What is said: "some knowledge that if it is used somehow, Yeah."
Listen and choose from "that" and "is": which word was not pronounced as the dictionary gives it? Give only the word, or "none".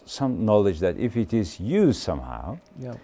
none